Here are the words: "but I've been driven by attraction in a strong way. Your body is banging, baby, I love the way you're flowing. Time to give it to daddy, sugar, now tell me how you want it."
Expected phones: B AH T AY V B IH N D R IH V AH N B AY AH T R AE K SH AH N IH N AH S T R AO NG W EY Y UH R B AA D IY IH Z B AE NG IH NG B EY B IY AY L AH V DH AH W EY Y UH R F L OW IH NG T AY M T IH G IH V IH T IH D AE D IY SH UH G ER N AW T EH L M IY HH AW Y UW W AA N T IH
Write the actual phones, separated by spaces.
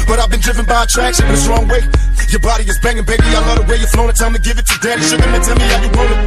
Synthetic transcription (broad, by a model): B AH T AY V B IH N D R IH V AH N B AY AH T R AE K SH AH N IH N AH S T R AO NG W EY Y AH R B AA D IY IH Z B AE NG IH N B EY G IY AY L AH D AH W EY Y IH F N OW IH T AY M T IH G IH V IH T IH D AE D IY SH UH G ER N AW T EH L M IY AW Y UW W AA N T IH